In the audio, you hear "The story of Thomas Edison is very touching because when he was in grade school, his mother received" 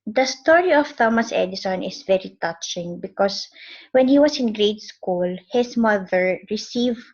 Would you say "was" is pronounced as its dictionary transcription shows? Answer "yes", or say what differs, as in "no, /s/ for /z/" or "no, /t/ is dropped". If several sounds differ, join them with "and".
no, /s/ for /z/